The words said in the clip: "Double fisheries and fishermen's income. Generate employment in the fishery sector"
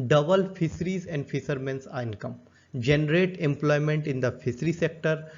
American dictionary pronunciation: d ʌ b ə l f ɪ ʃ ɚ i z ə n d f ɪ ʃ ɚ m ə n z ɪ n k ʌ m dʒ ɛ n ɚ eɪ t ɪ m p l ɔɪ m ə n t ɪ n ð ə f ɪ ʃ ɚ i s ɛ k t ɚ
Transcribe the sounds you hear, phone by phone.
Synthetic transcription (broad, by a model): d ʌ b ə l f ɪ s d i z ə n d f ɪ s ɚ m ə n s ɪ n k ʌ m dʒ ɛ n ɚ eɪ t ɪ m p l ɔɪ m ə n t ɪ n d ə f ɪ s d i s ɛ k t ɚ